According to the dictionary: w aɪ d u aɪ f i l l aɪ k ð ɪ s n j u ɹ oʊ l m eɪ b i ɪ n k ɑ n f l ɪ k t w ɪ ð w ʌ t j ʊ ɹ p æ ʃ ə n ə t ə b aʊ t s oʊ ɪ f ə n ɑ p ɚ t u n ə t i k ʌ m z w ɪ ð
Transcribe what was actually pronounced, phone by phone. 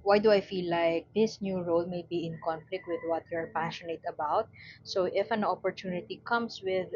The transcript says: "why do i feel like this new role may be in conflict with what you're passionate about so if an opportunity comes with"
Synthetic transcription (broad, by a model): w aɪ d u aɪ f i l l aɪ k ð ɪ s n j u ɹ oʊ l m eɪ b i ɪ n k ɑ n f l ɪ k t w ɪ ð w ʌ t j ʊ ɹ p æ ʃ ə n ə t ə b aʊ t s oʊ ɪ f ə n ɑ p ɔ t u n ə t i k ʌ m s w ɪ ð